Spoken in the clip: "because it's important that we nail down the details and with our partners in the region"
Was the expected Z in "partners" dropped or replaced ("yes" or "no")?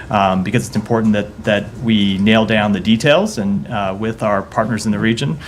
no